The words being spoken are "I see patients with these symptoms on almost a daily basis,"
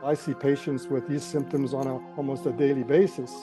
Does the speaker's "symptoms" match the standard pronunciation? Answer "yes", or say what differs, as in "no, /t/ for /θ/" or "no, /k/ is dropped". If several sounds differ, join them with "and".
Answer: yes